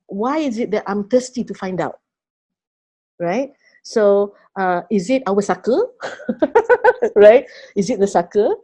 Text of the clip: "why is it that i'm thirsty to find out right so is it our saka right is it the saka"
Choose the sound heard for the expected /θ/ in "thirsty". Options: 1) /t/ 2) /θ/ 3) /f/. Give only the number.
1